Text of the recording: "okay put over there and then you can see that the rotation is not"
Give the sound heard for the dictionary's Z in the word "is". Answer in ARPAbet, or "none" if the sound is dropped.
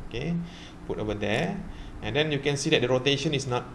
S